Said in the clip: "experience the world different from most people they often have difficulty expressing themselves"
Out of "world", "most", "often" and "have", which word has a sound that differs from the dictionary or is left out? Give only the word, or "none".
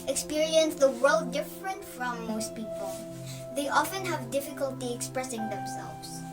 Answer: none